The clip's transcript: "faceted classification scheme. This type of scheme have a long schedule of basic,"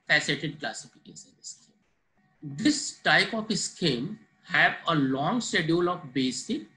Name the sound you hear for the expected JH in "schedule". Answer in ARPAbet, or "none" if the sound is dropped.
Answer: none